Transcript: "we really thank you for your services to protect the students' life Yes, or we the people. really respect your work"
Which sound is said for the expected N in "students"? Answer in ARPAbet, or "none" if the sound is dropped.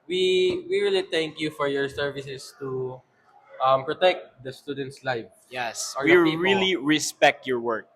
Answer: N